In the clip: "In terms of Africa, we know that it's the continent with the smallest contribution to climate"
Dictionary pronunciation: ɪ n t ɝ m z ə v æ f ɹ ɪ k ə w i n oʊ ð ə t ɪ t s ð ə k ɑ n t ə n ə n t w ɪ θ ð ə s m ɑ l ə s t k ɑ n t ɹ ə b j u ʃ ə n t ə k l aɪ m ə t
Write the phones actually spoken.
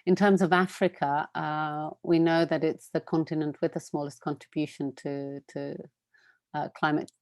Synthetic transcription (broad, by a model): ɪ n t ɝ m z ə v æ f ɹ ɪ k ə w i n oʊ ð ə t ɪ t s ð ə k ɑ n t ə n ə n t w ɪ ð ə s m ɑ l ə s k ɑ n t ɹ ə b j u ʃ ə n t ə k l aɪ m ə t